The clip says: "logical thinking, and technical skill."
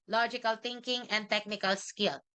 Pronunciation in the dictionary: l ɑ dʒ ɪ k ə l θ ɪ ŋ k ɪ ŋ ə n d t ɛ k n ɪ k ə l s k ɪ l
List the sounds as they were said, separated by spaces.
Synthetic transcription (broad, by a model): l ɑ dʒ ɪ k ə l t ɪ ŋ k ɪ ŋ ə n d t ɛ k n ɪ k ə l s k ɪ l